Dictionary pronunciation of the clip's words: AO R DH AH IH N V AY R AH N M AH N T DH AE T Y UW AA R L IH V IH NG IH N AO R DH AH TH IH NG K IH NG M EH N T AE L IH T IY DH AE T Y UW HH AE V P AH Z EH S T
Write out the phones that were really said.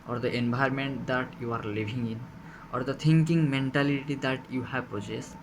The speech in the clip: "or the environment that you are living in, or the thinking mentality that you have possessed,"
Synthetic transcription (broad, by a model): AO R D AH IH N B AY R M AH N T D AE T Y UW AA R L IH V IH NG IH N AO R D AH T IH NG K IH NG M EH N T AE L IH T IY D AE T Y UW HH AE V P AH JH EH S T